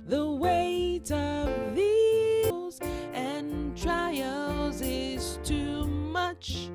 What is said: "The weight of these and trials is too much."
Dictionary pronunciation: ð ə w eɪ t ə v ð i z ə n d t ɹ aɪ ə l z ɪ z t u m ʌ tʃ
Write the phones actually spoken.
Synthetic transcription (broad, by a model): ð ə w eɪ t ə v ð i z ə n t ɹ aɪ ə l z ɪ z t u m ʌ tʃ